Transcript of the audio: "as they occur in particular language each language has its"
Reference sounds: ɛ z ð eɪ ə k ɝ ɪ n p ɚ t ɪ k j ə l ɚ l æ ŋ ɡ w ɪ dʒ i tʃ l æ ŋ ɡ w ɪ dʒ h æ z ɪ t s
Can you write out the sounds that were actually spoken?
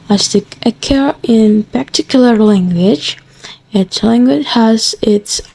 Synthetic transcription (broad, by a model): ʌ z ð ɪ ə k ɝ ɪ n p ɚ t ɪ k j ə l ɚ l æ ŋ ɡ w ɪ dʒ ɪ s l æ ŋ ɡ w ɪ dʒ h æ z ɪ t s